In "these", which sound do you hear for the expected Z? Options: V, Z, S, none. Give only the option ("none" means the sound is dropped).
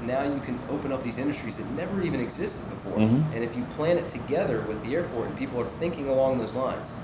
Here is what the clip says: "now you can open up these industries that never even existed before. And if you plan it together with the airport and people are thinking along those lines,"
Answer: Z